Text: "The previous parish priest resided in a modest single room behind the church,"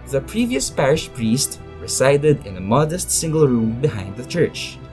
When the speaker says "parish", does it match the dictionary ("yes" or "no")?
yes